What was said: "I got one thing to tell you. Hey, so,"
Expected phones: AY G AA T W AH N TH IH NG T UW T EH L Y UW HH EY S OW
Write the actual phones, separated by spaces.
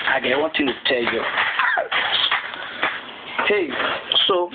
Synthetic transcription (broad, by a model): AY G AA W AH N T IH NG T UW T EH L Y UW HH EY S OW